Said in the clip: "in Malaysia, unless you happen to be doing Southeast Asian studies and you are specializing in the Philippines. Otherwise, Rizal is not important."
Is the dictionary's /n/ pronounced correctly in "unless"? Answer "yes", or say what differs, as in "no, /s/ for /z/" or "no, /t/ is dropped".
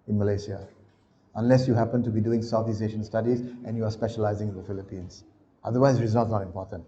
yes